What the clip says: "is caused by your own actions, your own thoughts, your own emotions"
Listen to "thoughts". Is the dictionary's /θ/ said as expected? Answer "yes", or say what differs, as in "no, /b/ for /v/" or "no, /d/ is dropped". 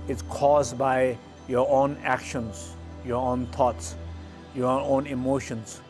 no, /t/ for /θ/